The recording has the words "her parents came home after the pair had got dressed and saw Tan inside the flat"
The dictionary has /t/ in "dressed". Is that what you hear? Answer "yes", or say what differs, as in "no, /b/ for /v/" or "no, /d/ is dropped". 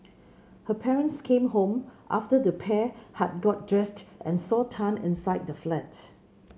yes